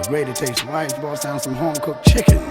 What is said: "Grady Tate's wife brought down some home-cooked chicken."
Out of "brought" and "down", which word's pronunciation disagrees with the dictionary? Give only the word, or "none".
brought